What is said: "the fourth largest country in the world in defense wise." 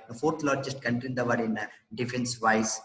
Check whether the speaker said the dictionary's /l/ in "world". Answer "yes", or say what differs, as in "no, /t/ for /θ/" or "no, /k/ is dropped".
no, /l/ is dropped